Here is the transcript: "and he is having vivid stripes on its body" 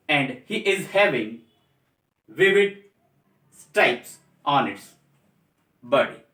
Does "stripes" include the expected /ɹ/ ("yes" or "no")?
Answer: no